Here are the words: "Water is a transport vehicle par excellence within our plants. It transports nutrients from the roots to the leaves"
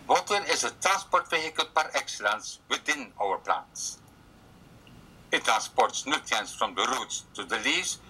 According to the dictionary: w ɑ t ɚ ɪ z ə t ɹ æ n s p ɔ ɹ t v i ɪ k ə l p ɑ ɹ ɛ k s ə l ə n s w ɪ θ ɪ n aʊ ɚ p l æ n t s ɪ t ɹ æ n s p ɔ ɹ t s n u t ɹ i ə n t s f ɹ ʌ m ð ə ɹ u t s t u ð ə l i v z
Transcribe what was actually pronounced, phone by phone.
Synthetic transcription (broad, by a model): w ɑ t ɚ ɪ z ə t ɹ æ n s p ɔ ɹ t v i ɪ k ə l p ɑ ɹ ɛ k s ə l ə n s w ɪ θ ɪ n aʊ ɚ p l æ n t s ɪ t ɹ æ n s p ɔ ɹ t s n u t i n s f ɹ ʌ m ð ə ɹ u t s t u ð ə l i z